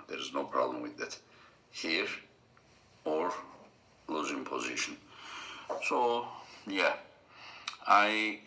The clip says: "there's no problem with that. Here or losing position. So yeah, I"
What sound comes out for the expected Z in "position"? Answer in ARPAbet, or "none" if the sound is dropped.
Z